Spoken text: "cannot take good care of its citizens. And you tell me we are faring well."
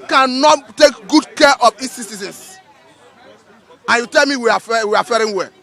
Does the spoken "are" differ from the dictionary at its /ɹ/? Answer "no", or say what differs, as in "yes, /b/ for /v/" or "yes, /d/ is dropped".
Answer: yes, /w/ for /ɹ/